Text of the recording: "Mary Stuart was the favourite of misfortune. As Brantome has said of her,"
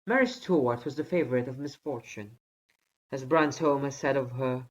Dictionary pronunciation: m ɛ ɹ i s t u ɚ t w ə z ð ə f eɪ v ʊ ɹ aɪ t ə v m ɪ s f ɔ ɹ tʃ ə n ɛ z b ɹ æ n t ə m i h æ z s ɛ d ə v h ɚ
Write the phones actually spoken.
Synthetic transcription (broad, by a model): m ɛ ɹ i s t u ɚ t w ə z ð ə f eɪ v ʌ ɹ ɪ t ə v m ɪ s f ɔ ɹ tʃ ə n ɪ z b ɹ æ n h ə i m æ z s ɛ d ə v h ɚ